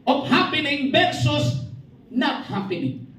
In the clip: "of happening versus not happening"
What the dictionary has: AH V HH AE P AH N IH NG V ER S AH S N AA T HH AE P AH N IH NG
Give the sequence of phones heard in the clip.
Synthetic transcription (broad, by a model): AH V HH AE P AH N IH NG B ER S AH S N AA T HH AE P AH N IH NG